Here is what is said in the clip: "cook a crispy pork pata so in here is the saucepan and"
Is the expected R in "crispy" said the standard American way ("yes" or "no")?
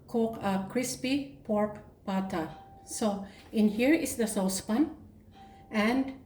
yes